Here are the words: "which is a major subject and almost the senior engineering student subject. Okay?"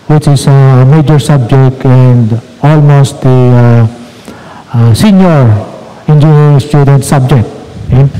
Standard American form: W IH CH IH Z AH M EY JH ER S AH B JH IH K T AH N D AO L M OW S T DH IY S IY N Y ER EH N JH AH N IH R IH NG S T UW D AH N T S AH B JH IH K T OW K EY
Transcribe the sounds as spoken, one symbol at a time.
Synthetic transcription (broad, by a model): W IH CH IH S AH M EY JH ER S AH B JH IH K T AH N D AO L M OW S T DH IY S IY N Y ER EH N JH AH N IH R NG S T UW D AH N T S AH B JH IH K T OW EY